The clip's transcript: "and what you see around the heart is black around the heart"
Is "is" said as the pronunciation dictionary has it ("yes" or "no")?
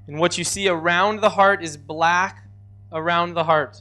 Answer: yes